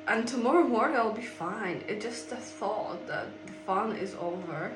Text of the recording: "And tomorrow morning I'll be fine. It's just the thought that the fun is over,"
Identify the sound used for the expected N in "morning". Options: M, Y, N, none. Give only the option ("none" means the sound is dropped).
none